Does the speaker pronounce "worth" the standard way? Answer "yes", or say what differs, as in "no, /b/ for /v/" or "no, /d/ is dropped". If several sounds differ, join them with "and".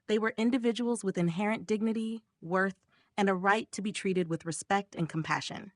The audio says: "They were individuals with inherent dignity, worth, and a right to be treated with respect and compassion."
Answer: yes